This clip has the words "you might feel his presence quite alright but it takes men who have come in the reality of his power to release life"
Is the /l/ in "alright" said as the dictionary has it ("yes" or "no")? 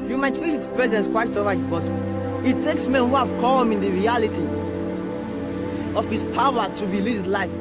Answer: no